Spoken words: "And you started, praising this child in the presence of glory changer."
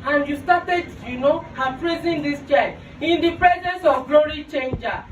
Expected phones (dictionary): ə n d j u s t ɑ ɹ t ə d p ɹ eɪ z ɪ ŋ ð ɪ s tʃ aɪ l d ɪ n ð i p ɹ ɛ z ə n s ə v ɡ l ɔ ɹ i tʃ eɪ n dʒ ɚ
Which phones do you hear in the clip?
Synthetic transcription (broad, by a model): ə n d j u s t ɑ t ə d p ɹ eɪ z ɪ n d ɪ s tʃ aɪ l ɪ n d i p ɹ ɛ z ə n s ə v ɡ l ɔ ɹ i tʃ eɪ n dʒ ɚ